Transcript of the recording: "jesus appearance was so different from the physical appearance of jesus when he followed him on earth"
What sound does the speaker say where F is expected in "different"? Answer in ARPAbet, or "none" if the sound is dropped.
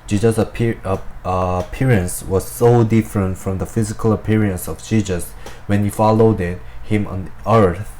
F